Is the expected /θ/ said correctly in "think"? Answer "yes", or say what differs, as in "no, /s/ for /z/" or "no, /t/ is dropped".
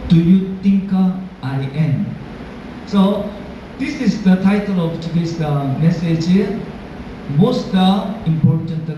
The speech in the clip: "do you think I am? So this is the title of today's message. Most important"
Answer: no, /t/ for /θ/